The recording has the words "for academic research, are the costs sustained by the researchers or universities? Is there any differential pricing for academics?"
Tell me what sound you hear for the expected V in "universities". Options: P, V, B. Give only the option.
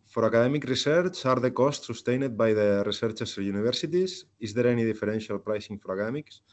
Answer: B